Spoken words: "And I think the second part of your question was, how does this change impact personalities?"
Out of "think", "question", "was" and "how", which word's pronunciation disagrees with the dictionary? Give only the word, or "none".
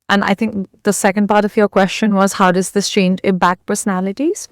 none